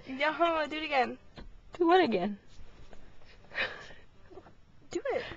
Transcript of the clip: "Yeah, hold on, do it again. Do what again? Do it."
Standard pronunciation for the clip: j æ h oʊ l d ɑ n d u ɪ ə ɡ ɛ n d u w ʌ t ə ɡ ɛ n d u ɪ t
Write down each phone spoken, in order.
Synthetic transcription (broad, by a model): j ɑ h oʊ d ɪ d ɪ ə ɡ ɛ n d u w ʌ t ə ɡ ɛ n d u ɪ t